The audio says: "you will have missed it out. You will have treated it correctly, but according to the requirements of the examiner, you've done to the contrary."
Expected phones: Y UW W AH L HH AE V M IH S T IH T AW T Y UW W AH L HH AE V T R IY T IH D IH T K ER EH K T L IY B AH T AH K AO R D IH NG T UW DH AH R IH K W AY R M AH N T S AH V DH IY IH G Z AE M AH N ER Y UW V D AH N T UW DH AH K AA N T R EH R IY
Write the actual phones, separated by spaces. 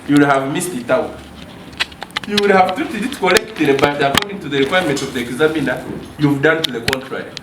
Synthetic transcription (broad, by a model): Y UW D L HH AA V M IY S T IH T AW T Y UW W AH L HH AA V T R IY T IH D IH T K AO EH K T IY B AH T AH K AO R D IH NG T UW DH AH R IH K W AY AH M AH N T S AH V DH IY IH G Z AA M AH N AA Y UW V D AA N T UW DH AH K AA N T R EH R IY